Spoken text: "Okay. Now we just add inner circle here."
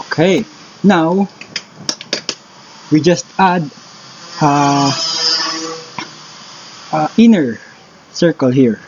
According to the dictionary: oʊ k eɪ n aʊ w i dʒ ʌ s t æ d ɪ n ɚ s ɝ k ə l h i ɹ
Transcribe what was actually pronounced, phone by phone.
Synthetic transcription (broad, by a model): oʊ k eɪ n aʊ w i dʒ ʌ s t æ d ɪ n ɚ s ɝ k ə l h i ɹ